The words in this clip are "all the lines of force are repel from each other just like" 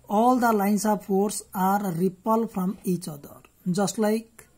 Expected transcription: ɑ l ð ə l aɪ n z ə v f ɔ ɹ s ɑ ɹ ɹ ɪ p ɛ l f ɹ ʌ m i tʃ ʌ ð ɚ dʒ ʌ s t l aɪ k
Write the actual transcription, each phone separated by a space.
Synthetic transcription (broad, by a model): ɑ l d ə l aɪ n s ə b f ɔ ɹ s ɑ ɹ ɹ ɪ p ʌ l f ɹ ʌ m i tʃ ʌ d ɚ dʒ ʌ s t l aɪ k